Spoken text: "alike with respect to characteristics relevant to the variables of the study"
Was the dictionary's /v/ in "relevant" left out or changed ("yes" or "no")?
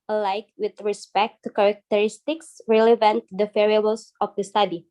no